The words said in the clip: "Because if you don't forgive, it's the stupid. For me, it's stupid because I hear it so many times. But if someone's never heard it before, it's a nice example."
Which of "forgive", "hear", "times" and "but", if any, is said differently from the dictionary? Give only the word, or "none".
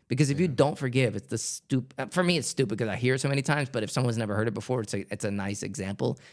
none